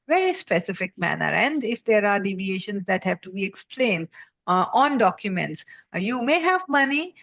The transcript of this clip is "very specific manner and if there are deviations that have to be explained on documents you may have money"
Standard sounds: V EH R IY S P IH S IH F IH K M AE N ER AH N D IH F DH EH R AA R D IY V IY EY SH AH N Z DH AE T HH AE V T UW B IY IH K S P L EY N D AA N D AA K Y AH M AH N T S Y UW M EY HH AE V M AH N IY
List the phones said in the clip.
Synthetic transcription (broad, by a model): V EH R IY S P IH S IH F IH K M AE N ER AH N D IH F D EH R AA R D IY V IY EY SH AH N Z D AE T HH AE V T UW B IY IH K S P L EY N D AA N D AA K Y AH M AH N T S Y UW M EY HH AE V M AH N IY